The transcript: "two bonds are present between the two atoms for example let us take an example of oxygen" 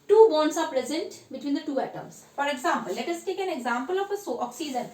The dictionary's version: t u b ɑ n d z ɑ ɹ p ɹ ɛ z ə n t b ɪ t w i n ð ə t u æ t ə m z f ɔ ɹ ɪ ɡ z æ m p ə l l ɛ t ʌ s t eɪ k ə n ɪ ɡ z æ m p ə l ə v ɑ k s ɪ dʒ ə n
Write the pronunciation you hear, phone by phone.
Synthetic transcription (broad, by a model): t u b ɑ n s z ɑ ɹ p ɹ ɛ z ə n t b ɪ t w i n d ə t u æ t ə m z f ɔ ɹ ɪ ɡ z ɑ m p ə l l ɛ t ʌ s t eɪ k ə n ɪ ɡ z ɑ m p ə l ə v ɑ k s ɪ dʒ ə n